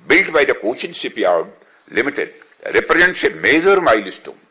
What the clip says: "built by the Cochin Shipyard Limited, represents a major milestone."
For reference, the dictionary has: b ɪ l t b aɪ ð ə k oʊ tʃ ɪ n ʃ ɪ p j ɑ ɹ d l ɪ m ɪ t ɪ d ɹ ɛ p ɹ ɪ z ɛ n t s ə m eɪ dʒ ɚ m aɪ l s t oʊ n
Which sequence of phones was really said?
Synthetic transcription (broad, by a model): b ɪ l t b aɪ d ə k oʊ tʃ ɪ n s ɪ p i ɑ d l ɪ m ɪ t ɪ d ɹ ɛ p ɹ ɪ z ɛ n t s ə m eɪ dʒ ɚ m aɪ l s t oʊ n